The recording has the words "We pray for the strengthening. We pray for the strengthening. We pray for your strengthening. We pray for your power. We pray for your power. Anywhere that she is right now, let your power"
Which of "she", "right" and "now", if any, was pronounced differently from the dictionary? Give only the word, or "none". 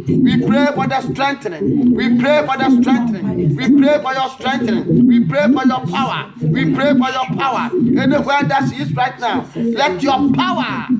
she